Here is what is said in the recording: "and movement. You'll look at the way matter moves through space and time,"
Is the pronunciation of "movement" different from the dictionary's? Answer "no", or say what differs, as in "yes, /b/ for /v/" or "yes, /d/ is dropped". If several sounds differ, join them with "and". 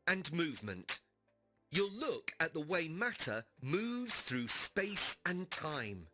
no